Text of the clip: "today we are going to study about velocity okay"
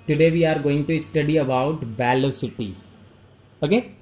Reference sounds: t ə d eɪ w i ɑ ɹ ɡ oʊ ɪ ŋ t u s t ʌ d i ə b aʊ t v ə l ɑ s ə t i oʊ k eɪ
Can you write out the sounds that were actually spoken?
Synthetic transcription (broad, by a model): t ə d eɪ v i ɑ ɹ ɡ oʊ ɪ ŋ t u s t ʌ d i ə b aʊ t b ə l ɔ s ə t i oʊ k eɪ